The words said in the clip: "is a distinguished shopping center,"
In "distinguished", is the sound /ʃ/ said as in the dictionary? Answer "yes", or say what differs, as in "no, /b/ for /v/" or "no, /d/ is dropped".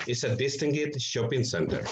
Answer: no, /ʃ/ is dropped